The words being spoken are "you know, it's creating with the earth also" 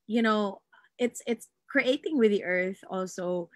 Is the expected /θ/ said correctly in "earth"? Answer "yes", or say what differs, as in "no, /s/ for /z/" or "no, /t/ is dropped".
yes